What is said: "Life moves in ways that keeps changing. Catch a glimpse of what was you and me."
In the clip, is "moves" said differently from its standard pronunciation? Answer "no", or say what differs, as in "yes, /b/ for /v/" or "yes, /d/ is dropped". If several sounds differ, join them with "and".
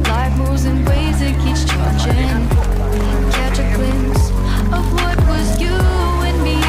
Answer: yes, /v/ is dropped